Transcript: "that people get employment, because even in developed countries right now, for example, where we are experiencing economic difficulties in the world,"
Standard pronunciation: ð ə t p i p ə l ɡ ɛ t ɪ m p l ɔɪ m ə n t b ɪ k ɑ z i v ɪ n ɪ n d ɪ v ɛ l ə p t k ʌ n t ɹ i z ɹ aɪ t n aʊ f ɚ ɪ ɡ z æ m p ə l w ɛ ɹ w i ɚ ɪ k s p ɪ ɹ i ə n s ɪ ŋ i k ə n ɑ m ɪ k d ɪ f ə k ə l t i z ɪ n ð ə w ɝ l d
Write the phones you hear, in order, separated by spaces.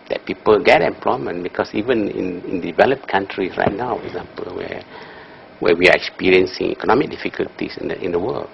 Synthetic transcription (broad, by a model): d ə t p i p ə l ɡ ɛ t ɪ m p l ɔɪ m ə n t b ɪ k ɑ s i v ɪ n ɪ n d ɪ v ɛ l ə p k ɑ n t ɹ i s ɹ aɪ t n aʊ f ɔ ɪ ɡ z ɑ m p ə l w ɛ w w i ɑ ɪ k s p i ɹ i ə n s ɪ ŋ i k ə n ɑ m ɪ k d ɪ f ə k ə l t i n ɪ n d ə w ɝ l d